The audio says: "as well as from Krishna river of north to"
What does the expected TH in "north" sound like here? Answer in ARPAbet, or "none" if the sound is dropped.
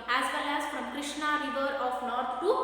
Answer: T